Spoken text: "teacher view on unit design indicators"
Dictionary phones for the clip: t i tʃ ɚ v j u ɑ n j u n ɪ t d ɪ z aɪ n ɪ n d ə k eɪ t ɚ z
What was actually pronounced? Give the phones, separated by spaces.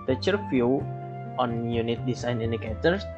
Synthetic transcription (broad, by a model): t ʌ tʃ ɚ f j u ɑ n j u n ɪ t d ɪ s aɪ n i n d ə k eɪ t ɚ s